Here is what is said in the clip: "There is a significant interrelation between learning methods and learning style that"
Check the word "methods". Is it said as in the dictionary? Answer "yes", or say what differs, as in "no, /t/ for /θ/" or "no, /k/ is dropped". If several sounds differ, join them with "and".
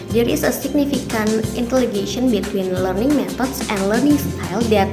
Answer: no, /t/ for /θ/